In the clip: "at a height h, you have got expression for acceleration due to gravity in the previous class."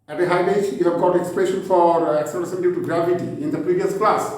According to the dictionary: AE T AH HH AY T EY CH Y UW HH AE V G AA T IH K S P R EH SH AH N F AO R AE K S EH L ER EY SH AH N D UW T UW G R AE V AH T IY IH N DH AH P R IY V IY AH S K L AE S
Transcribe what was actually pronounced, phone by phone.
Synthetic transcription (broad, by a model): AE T AH HH AY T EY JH Y UW HH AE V G AA T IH K S P EH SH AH N F AO R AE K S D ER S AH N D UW T UW G R AE V AH T IY IH N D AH P R IY V IY AH S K L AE S